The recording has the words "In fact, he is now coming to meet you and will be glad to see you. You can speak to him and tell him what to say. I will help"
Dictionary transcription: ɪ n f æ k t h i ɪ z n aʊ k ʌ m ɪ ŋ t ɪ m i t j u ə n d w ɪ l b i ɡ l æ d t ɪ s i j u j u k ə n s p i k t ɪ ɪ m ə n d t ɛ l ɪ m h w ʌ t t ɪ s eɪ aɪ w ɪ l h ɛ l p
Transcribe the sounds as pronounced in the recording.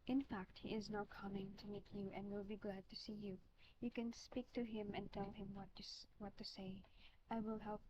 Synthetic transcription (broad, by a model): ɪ n f æ k t h i ɪ z n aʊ k ʌ m ɪ ŋ t ɪ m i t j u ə n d w ɪ l b i ɡ l æ d t ɪ s i j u j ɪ k ə n s p i k t ɪ ɪ m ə n t ɛ l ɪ m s w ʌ t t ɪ s eɪ aɪ w ɪ l h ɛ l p